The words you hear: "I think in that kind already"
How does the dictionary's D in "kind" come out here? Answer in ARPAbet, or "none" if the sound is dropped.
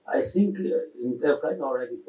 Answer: none